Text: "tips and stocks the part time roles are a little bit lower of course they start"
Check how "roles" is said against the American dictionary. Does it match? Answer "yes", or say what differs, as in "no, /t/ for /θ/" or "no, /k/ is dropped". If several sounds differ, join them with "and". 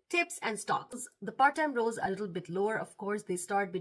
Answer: no, /l/ is dropped